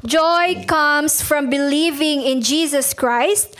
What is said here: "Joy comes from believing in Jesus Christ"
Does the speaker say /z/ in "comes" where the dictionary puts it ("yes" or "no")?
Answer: no